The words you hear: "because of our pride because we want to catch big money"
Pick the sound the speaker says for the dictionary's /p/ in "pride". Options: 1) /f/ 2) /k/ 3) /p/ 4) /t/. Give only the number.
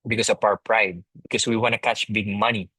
3